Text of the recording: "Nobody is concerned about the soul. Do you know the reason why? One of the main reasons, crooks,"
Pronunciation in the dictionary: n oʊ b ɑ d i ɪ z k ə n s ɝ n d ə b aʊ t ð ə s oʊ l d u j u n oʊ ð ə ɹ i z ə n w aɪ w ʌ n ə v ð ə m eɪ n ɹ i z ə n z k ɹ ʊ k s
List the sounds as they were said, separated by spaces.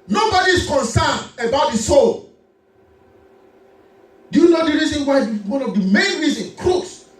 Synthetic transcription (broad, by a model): n oʊ b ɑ d i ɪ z k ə n s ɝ n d ə b aʊ t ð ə s oʊ l d u j u n oʊ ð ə ɹ i z ə n w aɪ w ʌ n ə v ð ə m eɪ n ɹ i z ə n k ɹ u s